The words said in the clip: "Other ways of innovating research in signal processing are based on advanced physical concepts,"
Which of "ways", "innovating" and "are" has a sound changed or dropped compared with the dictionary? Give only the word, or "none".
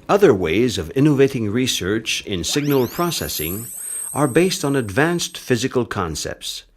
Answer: none